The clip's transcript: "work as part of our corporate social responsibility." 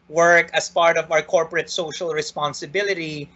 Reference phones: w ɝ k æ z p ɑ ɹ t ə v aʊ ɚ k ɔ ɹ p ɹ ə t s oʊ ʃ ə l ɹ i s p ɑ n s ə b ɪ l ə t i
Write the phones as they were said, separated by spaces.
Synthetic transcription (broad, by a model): w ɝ k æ s p ɑ ɹ t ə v aʊ ɚ k ɔ ɹ p ɹ ə t s oʊ ʃ ə l ɹ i s p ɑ n s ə b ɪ l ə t i